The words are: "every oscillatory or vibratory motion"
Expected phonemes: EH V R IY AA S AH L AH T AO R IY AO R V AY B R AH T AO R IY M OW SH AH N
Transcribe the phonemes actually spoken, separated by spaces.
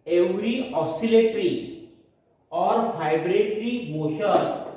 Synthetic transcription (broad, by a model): EH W R IY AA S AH L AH T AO R IY AO R B AY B R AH T R IY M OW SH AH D